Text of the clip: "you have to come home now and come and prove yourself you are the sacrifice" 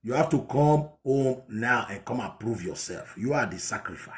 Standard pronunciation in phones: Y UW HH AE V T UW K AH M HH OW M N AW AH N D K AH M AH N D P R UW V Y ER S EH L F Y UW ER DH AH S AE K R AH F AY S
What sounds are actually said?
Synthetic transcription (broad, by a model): Y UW HH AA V T UW K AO M HH OW M N AW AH N K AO M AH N P R UW V Y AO S EH L F Y UW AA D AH S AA K R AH F AY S